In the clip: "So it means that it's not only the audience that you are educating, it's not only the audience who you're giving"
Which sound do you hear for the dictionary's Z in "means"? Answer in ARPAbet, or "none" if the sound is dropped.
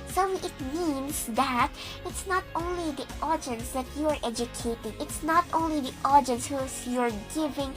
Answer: S